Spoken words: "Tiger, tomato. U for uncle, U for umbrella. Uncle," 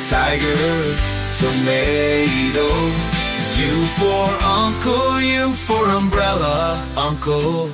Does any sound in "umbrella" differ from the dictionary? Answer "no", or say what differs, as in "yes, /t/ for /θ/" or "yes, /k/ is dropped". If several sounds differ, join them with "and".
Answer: no